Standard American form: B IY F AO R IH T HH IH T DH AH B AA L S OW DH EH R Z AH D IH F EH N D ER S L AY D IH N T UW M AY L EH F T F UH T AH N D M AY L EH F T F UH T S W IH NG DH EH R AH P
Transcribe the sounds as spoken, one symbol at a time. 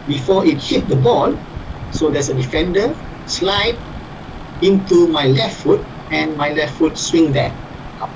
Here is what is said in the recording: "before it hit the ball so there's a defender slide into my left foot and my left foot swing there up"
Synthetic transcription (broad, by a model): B IY F AO IH T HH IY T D AH B AA L S OW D EH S AH D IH F EH N D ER S L AY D IH N T UW M AY L EH F T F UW T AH N M AY L EH F T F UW T S W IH NG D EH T